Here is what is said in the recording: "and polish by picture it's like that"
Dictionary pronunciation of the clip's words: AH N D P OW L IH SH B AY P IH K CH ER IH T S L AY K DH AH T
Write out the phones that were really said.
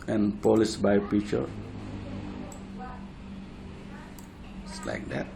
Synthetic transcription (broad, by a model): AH N P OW L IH S B AY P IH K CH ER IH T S L AY K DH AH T